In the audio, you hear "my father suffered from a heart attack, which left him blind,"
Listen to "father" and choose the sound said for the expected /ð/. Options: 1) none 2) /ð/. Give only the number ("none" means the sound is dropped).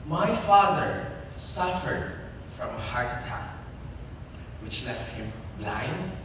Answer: 2